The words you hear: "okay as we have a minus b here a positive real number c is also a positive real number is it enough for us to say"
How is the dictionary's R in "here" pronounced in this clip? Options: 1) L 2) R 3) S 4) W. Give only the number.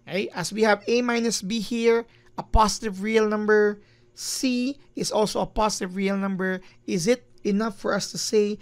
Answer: 2